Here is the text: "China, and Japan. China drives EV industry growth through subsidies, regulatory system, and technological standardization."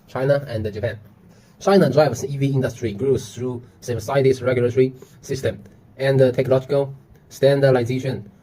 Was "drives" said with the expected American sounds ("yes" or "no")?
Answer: no